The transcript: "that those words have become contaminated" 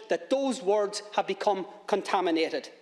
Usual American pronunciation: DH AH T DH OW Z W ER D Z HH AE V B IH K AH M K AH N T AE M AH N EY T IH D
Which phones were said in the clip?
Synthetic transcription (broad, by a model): DH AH T DH OW Z W ER D Z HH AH V B IH K AH M K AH N T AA M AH N EY T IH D